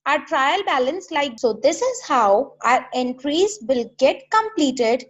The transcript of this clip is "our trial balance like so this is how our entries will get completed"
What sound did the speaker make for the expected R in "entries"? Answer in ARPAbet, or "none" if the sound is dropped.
R